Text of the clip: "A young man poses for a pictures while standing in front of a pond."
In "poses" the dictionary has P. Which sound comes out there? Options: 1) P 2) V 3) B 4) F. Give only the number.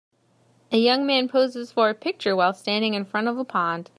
1